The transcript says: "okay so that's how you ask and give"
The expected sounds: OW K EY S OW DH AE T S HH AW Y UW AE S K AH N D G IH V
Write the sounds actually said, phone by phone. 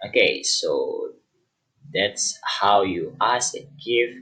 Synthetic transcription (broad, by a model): OW K EY S OW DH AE T S HH AW Y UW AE S AH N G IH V